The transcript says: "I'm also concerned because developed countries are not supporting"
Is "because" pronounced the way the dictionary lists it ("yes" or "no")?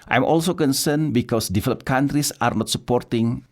no